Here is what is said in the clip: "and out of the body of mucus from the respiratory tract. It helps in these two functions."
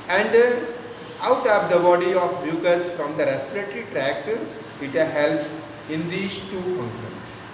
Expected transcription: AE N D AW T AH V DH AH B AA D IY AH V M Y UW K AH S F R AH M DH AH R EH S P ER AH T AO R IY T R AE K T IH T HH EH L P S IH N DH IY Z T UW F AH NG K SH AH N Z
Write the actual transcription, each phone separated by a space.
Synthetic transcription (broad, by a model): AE N D AW T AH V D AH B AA D IY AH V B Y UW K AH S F R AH M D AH R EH S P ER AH T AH R IY T R AE K T IH T HH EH L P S IH N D IY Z T UW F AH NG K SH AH N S